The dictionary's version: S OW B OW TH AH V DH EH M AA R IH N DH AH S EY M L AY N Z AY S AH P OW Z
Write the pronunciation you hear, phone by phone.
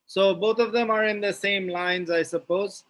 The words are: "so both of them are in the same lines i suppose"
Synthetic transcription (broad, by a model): S OW B OW T AH V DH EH M AA R IH N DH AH S EY M L AY N Z AY S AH P OW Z